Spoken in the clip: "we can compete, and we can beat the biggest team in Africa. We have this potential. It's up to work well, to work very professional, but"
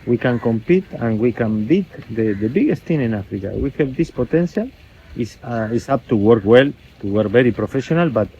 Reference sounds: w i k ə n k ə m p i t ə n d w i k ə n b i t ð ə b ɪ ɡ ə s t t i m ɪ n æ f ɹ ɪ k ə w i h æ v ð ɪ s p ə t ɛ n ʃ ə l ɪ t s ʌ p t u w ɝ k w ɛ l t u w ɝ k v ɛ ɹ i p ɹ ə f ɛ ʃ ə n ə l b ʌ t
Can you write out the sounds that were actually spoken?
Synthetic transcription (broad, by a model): w i k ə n k ə m p i t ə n w i k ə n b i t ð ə b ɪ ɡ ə s t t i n ɪ n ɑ f ɹ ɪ k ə w i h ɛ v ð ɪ s p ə t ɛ n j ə l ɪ s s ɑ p t u w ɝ k w ɛ l t u w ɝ k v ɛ ɹ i p ɹ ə f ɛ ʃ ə n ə l b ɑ t